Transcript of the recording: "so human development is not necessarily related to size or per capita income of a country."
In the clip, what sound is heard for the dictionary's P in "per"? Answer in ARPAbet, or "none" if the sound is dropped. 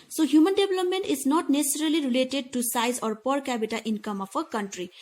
P